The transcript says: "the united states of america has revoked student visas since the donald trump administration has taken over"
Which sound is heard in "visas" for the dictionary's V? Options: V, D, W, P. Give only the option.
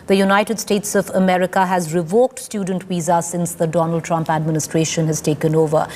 W